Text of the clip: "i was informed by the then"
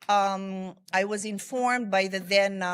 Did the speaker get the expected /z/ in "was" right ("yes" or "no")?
yes